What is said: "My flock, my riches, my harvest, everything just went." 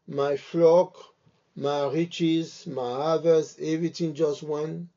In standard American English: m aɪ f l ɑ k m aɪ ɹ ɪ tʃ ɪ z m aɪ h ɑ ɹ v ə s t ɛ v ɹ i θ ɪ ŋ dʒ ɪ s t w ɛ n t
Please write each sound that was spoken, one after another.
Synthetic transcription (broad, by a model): m aɪ f l ɑ k m aɪ ɹ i tʃ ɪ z m aɪ h ɑ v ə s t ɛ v ɹ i t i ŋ dʒ ɪ s t w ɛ n